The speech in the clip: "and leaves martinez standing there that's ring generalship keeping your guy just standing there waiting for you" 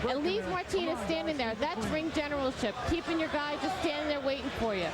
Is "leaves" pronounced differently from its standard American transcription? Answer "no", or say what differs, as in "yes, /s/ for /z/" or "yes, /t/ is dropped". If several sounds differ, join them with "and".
yes, /z/ is dropped